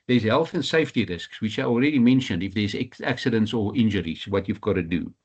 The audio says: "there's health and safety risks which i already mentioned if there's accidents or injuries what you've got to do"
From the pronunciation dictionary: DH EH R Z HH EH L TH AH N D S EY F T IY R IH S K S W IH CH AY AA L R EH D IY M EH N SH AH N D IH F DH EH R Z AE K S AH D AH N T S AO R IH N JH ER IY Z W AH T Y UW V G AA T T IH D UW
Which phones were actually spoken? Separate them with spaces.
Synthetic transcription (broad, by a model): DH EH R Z HH EH L TH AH N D S EY F T IY R IH S K S W IH CH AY AA L R EH D IY M EH N SH AH N D IH F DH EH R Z AE K S AH D AH N T S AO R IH N JH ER IY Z W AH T Y UW V G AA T T IH D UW